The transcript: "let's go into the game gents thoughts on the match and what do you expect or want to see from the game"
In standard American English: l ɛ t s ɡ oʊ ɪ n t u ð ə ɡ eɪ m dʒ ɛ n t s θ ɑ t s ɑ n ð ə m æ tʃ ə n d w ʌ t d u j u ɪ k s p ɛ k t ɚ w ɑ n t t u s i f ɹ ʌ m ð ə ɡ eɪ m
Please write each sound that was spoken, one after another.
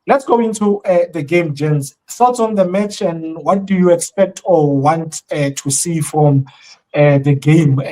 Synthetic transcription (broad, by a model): l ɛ t s ɡ oʊ ɪ n t u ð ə ɡ eɪ m dʒ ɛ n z s t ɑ t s ɑ n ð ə m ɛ tʃ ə n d w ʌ t d u j u ɪ k s p ɛ k t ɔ w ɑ n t t u s i f ɹ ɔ m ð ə ɡ eɪ m